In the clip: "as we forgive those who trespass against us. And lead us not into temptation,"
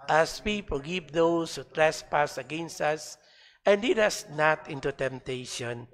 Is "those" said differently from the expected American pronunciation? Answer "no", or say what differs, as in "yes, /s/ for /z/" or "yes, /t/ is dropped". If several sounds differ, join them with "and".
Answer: yes, /s/ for /z/